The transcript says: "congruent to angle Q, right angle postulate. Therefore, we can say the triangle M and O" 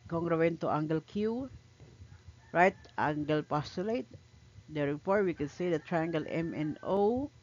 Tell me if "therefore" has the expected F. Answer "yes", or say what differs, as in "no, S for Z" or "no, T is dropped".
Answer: no, P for F